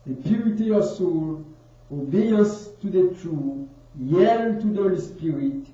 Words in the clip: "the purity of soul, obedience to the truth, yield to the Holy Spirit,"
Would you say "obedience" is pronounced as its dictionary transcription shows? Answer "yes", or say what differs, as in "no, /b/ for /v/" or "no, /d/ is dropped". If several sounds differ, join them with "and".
no, /n/ is dropped